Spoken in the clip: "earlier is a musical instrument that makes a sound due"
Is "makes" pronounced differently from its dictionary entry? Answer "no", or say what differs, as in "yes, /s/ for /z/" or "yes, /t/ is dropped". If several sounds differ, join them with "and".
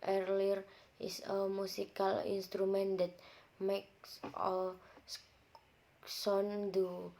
no